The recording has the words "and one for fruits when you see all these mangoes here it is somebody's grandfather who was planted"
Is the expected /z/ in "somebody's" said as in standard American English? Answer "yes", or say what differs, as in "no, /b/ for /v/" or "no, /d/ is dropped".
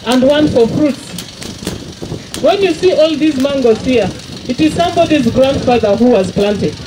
yes